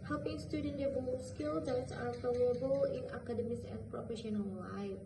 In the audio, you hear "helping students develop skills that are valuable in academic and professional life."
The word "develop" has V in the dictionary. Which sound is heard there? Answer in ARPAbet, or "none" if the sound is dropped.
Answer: B